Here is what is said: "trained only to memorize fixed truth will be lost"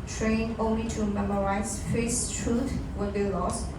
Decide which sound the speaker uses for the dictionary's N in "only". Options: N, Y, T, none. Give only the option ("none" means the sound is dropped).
N